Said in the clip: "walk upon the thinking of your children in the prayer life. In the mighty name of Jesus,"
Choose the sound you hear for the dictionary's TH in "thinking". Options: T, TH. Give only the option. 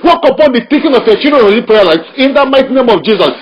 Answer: T